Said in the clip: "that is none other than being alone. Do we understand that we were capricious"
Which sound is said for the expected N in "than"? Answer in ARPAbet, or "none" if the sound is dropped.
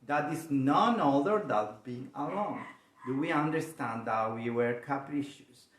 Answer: L